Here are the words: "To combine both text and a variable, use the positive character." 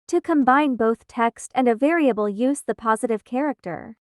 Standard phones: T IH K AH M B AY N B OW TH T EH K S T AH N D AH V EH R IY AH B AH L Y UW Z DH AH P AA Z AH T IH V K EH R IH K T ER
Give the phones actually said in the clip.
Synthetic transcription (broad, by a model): T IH K AH M B AY N B OW TH T EH K S T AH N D AH V EH R IY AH B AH L Y UW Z DH AH P AA Z AH T IH V K EH R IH K T ER